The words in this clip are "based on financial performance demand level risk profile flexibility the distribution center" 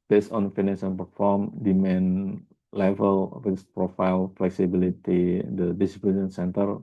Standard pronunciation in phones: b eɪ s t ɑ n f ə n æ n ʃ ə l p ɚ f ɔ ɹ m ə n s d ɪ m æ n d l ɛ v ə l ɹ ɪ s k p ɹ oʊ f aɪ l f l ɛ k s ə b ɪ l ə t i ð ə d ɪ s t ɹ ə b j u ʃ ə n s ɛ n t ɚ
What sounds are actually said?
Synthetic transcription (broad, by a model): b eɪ s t ɑ n f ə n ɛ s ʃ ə n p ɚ f ɔ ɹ m d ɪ m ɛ n l ɛ v ə l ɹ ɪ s p ɹ oʊ f aɪ l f l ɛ k s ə b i l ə t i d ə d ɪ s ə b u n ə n s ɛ n t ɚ